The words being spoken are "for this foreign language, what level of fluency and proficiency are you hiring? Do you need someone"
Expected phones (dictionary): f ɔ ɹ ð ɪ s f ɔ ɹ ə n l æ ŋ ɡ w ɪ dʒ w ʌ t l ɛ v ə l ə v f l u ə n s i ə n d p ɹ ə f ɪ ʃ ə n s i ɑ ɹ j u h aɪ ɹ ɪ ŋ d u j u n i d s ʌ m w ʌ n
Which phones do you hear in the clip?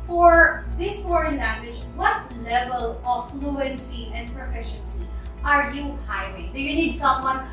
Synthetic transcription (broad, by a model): f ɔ ɹ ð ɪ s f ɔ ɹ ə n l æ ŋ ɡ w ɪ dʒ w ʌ t l ɛ v ə l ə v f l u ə n s i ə n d p ɹ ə f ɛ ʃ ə n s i ɑ ɹ j u h aɪ w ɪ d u j u n i d s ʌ m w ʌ n